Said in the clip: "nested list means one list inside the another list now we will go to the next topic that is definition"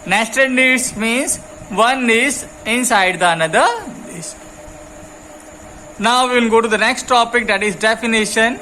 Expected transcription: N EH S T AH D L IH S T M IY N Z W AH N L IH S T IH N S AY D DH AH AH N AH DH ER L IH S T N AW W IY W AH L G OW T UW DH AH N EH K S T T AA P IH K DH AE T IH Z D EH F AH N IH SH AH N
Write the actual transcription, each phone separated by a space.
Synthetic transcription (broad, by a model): N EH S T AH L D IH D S M IY N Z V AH N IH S IH N S AY D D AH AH N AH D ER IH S N AW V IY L G OW T UW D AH N EH K S T T AA P IH K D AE T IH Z D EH F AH N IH SH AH N